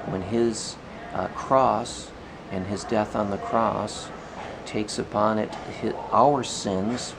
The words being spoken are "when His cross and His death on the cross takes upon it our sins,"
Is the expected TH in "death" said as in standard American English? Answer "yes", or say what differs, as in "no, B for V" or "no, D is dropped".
yes